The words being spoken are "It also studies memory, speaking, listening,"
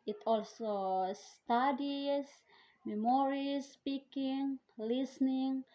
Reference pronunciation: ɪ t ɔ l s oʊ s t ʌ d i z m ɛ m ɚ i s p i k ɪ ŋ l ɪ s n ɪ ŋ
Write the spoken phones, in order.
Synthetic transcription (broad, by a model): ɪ t ɔ l s oʊ s t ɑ d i s m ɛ m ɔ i s p i k ɪ ŋ l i s n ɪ ŋ